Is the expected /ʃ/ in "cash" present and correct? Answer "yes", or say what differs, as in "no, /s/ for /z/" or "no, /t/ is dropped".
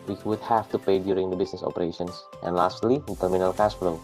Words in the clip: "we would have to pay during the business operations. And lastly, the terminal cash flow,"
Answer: no, /s/ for /ʃ/